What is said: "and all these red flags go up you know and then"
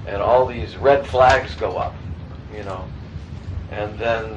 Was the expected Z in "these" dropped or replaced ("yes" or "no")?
no